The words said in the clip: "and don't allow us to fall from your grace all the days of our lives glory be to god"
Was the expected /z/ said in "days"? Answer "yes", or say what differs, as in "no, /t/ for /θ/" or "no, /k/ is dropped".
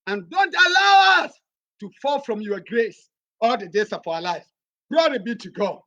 no, /s/ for /z/